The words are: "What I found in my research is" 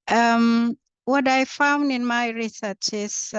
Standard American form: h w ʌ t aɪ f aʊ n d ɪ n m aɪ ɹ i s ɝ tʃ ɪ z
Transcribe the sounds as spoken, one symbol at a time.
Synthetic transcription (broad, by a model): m w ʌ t aɪ f aʊ n d ɪ n m aɪ ɹ i s ɝ tʃ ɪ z